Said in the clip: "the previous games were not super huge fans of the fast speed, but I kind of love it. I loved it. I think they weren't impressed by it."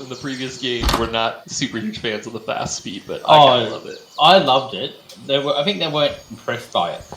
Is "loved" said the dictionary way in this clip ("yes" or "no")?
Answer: yes